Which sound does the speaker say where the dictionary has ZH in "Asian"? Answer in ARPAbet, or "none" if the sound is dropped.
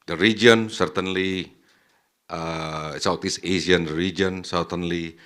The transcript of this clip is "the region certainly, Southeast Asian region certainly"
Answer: S